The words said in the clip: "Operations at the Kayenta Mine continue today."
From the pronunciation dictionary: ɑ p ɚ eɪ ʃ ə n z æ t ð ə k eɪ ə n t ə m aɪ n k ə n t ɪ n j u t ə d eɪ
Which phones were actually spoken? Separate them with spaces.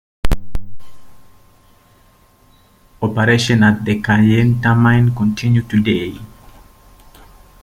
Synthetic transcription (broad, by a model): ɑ p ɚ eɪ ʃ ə n ɑ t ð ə k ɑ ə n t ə m aɪ n k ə n t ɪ n j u t ə d eɪ